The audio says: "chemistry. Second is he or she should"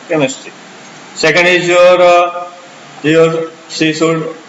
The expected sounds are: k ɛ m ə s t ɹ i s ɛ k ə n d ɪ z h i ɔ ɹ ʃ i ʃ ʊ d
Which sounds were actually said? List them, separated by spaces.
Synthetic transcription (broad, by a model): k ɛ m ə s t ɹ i s ɛ k ə n d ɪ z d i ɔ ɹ s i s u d